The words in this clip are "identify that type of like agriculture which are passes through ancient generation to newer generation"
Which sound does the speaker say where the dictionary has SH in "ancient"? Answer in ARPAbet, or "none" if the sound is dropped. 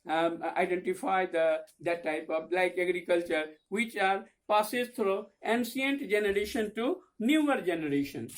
S